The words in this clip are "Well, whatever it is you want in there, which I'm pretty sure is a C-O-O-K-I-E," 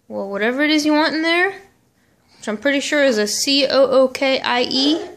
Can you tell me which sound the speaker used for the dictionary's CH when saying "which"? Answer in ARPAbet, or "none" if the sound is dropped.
none